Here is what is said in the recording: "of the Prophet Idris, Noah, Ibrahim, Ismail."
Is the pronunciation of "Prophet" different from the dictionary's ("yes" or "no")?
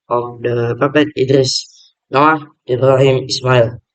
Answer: yes